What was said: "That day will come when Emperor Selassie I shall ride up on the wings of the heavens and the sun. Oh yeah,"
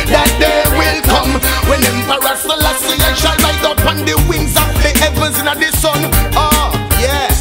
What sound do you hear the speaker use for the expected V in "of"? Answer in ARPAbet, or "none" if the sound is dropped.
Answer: P